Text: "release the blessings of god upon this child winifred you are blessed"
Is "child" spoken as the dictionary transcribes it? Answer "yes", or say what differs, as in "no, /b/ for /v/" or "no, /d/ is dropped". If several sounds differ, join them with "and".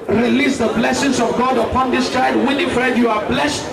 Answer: no, /l/ is dropped